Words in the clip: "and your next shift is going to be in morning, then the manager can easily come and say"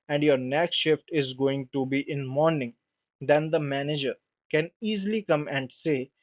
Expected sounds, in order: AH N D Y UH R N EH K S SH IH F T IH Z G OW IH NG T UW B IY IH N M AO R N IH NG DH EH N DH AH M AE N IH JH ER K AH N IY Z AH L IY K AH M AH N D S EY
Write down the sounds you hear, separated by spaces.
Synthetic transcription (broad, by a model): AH N D Y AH R N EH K SH IH F T IH Z G OW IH NG T UW B IY IH N M AO R N IH NG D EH N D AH M AE N IH JH ER K AH N IY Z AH L IY K AH M AH N D S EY